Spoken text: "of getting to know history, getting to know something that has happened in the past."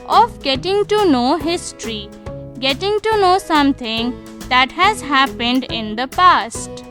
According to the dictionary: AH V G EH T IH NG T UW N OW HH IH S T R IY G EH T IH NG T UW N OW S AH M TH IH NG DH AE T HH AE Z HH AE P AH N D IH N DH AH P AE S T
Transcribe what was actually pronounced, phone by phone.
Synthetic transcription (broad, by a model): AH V G EH T IH NG T UW N OW HH IH S T R IY G EH T IH NG T UW N OW S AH M T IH NG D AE T HH AE Z HH AE P AH N D IH N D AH P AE S T